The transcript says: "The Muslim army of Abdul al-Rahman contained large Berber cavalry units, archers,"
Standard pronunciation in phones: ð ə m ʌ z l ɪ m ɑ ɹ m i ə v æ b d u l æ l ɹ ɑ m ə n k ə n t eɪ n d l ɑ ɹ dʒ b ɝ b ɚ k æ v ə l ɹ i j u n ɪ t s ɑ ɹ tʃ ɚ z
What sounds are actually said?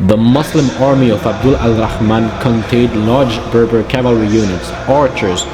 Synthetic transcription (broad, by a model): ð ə m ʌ s l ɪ m ɑ ɹ m i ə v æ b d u l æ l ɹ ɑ m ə n k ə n t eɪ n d l ɑ ɹ dʒ b ɝ b ɚ k æ v ə l ɹ i j u n ɪ t s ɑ ɹ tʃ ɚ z